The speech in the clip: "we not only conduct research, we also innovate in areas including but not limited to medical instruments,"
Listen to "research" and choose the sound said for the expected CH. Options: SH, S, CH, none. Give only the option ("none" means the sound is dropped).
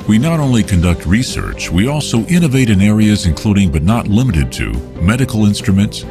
CH